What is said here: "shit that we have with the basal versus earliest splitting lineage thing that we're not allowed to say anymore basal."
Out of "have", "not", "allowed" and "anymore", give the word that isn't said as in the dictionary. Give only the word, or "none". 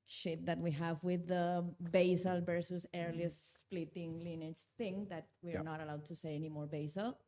none